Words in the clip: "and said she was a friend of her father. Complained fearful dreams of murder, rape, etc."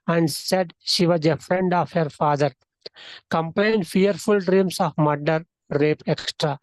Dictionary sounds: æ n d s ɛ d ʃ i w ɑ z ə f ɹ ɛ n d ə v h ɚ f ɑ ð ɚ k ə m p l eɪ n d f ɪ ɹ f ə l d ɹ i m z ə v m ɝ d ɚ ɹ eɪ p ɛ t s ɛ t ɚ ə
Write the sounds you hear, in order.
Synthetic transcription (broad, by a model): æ n d s ɛ d ʃ i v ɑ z ə f ɹ ɛ n d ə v h ɚ f ɑ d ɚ k ə m p l eɪ n d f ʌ ɹ f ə l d ɹ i m s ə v m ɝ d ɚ ɹ eɪ p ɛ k s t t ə